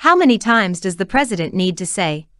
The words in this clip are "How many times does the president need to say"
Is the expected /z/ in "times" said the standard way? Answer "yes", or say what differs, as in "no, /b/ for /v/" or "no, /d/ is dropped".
yes